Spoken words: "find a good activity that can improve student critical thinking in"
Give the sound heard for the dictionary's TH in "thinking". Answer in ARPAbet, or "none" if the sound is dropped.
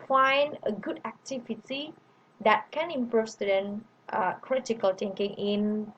T